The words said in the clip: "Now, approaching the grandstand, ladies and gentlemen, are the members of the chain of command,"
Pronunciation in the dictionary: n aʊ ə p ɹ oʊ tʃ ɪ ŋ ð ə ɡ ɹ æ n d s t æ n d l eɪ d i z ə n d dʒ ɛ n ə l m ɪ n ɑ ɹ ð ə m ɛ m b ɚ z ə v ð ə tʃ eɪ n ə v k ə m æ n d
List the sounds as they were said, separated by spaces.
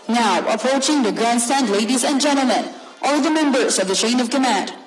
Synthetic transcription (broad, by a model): n aʊ ə p ɹ oʊ tʃ ɪ ŋ ð ə ɡ ɹ æ n d s t æ n d l eɪ d i z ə n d dʒ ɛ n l m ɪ n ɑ l ð ə m ɛ m b ɚ z ə v ð ə ʃ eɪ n ə v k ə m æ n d